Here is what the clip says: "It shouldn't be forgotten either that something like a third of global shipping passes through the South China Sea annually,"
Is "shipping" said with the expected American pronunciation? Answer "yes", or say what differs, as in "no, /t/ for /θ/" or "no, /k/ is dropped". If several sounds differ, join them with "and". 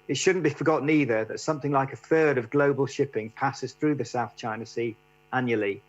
yes